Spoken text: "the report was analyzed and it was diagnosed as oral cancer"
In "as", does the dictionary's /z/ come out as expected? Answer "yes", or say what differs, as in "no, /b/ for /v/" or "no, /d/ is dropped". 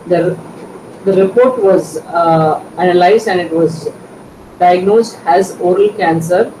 yes